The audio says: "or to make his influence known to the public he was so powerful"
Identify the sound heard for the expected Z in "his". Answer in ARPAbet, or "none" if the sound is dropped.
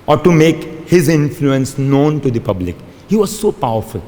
Z